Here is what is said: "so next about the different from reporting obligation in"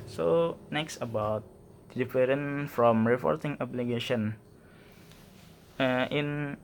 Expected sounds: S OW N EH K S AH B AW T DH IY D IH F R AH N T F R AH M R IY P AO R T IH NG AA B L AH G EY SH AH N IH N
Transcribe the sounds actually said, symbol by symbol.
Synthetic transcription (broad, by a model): S OW N EH K S AH B AW T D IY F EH R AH N F R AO M R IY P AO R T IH NG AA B L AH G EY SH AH N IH N